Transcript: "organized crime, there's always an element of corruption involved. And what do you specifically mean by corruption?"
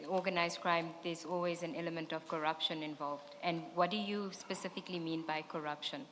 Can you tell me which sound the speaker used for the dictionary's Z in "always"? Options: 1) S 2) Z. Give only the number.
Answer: 2